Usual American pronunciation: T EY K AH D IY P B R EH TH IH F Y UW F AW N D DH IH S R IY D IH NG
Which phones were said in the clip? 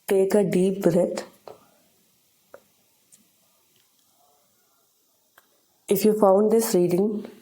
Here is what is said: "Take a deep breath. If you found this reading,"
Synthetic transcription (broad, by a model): T EY K AH D IY P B R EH T IH F Y UW F AW N D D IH S R IY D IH NG